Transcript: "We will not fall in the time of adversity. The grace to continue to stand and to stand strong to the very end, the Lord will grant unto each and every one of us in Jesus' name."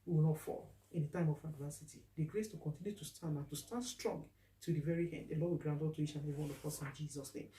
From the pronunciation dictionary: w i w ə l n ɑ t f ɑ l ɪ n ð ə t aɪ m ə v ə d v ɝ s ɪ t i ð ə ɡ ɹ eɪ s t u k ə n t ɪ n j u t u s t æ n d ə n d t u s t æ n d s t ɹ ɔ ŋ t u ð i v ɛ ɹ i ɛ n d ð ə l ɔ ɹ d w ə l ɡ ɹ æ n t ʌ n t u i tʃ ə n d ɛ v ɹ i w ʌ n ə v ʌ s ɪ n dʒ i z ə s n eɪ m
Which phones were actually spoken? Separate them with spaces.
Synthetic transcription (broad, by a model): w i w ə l n ɑ t f ɑ l ɪ n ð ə t aɪ m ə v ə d v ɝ s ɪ t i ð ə ɡ ɹ eɪ s t u k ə n t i n j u t u s t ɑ n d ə n t u s t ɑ n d s t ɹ ɔ ŋ t u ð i v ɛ ɹ i ɛ n d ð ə l ɔ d w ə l ɡ ɹ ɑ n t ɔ t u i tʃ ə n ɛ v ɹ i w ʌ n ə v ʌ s ɪ n dʒ i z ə s n eɪ m